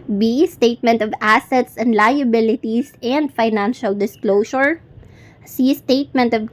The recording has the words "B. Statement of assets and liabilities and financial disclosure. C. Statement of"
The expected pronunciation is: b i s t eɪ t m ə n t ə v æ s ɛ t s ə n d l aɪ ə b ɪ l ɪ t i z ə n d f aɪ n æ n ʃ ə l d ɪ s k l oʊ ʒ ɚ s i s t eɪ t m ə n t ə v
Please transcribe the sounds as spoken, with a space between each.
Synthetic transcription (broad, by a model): b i s t eɪ t m ə n t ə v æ s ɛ t s ə n d l aɪ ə b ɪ l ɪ t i s ə n d f aɪ n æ n ʃ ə l d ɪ s k l oʊ s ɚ s i s t eɪ t m ə n t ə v